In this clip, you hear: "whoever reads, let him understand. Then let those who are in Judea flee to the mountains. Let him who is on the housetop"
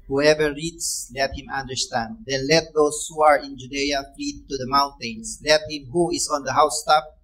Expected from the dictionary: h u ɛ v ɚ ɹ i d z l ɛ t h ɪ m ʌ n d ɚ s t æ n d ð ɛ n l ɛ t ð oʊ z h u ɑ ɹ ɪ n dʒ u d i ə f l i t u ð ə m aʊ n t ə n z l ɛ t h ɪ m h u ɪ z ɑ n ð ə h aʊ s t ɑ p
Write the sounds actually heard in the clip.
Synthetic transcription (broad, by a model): h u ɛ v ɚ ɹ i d s l ɛ t h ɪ m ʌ n d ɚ s t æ n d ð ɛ n l ɛ t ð oʊ s h u ɑ ɹ ɪ n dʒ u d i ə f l i t u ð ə m aʊ n t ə n s l ɛ t h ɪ m h u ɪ s ɑ n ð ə h aʊ s t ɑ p